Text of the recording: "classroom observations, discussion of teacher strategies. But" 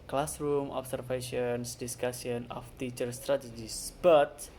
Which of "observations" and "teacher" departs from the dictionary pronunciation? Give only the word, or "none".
observations